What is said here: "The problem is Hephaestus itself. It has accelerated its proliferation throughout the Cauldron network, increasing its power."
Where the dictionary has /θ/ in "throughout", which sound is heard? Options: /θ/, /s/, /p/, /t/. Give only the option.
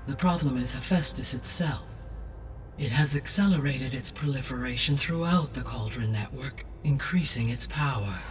/θ/